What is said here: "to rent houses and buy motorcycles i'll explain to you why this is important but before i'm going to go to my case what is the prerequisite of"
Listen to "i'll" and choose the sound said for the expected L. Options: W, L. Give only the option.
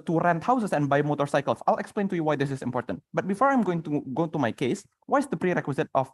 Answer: L